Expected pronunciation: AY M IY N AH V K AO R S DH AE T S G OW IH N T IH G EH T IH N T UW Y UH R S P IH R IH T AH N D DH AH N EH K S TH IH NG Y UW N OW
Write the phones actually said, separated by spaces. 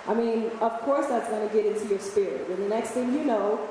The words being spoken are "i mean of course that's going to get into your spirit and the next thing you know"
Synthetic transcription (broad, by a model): AY M IY N AH V K AO R S DH AE T S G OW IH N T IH G EH T IH N T UW Y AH R S P IH R IH T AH N DH AH N EH K S TH IH NG Y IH N OW